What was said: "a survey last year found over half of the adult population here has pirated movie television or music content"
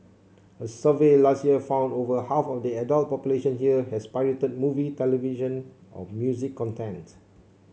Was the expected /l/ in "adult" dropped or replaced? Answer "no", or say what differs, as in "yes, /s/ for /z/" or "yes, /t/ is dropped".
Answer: no